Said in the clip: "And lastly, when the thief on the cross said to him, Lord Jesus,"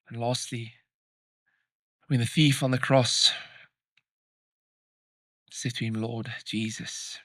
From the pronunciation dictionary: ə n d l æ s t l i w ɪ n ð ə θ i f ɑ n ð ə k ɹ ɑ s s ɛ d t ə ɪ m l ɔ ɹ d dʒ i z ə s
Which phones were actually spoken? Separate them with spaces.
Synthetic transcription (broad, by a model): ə n l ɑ s t l i w ɪ n ð ə θ i f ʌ n ð ə k ɹ ɑ s s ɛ t ə ɪ m l ɔ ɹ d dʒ i z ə s